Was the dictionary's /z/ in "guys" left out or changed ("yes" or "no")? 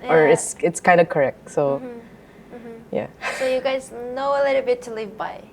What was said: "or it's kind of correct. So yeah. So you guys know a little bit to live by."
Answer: no